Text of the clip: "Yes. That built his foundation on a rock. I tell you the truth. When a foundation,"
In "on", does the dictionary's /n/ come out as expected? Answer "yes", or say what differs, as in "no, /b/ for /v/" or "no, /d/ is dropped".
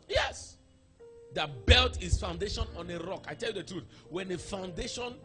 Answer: yes